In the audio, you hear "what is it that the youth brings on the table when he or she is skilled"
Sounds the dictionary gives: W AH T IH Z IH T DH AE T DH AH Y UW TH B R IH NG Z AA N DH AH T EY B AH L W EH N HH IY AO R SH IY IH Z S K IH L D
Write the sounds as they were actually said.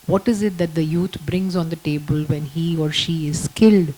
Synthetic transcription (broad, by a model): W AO T IH Z IH T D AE T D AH Y UW T B R IH NG Z AA N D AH T EY B AH L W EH N HH IY AO R SH IY IH Z K IH L D